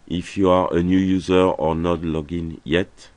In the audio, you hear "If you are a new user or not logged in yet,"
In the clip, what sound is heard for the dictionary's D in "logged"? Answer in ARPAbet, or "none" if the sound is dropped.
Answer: none